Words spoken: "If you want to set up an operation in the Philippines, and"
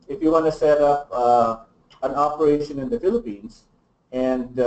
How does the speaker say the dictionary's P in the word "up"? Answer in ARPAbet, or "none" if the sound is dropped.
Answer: P